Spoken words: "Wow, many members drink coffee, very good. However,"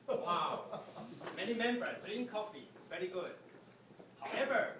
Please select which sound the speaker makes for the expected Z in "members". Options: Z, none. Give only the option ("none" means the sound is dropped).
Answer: none